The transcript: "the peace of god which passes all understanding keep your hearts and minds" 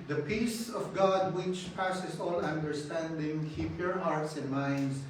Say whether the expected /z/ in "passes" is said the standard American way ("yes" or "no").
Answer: no